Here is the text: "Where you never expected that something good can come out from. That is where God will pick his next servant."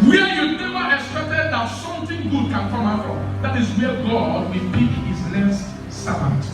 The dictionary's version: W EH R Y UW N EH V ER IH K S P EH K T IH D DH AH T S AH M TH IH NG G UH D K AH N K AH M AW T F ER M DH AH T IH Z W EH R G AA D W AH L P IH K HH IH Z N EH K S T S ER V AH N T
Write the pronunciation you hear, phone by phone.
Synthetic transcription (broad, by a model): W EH Y UW N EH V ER IH K S P EH K T IH D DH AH T S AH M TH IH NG G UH D K AH N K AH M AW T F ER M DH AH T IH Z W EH G AA D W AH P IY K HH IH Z L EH S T S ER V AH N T